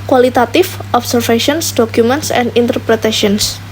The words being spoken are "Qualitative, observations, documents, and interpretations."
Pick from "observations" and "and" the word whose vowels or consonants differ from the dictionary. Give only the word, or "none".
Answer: observations